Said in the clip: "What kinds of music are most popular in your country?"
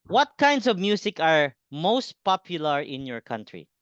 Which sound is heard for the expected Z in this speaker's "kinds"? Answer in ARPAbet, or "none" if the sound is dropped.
S